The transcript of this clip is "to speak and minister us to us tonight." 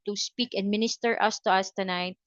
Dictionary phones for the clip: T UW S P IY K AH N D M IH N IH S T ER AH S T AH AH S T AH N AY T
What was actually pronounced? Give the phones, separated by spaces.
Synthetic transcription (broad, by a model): T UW S P IY K AH N D M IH N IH S T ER AH S T AH AH S T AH N AY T